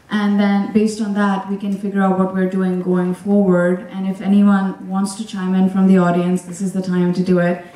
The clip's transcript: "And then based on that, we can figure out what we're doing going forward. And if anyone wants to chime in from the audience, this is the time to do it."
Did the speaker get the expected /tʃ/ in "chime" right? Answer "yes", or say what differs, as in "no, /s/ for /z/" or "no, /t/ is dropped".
yes